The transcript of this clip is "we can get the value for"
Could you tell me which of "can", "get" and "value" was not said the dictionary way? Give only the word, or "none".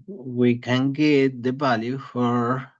value